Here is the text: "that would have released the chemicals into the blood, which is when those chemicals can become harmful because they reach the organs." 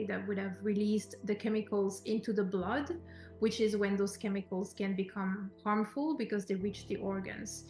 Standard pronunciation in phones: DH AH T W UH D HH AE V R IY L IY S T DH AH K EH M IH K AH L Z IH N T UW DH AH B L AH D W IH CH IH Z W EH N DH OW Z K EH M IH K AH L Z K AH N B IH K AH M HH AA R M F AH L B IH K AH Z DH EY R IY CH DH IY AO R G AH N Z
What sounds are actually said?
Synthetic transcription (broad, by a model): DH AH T W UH D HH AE V R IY L IY S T DH AH K EH M IH K AH L Z IH N T UW DH AH B L AH D W IH CH IH Z W EH N DH OW Z K EH M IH K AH L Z K AH N B IH K AH M HH AA R M F AH L B IH K AH Z DH EY R IY CH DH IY AO R G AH N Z